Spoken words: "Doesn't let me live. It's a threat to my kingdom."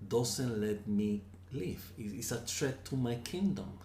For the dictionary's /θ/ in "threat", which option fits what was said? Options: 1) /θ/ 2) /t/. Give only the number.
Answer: 2